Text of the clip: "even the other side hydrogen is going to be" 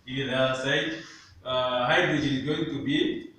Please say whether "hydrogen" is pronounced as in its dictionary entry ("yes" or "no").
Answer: no